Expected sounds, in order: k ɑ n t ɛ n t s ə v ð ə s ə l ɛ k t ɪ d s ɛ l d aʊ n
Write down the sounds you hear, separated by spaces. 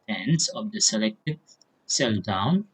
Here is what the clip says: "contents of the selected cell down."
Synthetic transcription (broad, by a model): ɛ n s ə v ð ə s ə l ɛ k t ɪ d s ɛ l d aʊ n